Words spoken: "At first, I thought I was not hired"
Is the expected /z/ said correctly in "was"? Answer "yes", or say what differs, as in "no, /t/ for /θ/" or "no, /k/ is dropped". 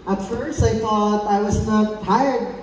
yes